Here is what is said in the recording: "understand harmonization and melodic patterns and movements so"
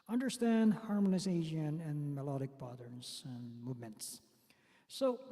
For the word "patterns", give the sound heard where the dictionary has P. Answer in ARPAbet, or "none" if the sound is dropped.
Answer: B